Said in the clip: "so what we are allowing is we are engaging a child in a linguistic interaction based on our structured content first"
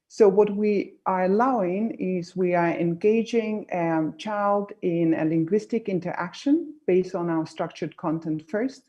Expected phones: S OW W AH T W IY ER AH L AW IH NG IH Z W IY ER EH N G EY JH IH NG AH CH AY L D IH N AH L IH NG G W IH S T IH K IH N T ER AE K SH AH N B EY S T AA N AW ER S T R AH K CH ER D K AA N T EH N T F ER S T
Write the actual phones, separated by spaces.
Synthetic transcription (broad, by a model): S OW W AH T W IY ER AH L AW IH NG IH Z W IY ER EH N G EY JH IH NG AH CH AY L D IH N AH L IH NG G W IH S T IH K IH N T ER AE K SH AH N B EY S T N AW ER S T R AH K CH ER D K AA N T EH N T F ER S T